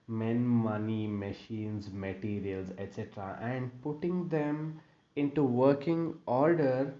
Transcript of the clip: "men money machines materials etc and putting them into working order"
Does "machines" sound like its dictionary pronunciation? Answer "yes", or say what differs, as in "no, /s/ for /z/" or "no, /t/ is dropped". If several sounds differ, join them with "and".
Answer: yes